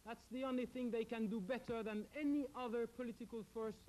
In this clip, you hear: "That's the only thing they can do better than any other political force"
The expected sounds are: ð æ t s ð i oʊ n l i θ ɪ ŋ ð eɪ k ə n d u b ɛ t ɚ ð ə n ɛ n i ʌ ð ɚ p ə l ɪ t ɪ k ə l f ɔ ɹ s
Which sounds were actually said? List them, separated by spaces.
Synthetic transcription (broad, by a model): ð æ t s ð i oʊ n l i θ ɪ ŋ ð eɪ k ə n d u b ɛ t ɚ ð ə n ɛ n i ʌ ð ɚ p ə l ɪ t ɪ k ə l f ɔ ɹ s